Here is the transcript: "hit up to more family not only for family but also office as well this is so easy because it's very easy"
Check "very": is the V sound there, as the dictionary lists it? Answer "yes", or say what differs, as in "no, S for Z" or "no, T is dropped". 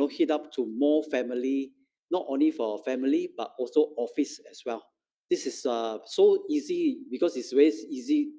no, W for V